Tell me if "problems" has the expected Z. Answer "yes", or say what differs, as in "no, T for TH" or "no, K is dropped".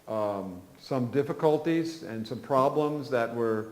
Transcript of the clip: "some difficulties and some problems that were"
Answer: yes